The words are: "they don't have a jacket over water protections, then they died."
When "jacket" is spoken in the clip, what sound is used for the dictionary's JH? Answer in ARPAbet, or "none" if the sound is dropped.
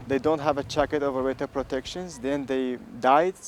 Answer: CH